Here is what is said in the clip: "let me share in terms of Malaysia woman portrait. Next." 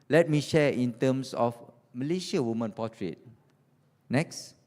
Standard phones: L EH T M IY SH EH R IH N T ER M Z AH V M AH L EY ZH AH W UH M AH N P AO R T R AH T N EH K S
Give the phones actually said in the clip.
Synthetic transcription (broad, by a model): L EH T M IY SH EH IH N T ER M S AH F M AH L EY SH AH W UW M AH N P AO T R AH T N EH K S